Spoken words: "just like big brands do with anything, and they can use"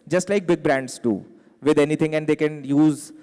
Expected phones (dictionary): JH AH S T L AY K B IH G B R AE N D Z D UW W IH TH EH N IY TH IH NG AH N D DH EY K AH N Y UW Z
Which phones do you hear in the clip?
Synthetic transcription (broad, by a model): JH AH S T L AY K B IH G B R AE N D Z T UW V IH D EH N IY T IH NG AH N D EY K AH N Y UW Z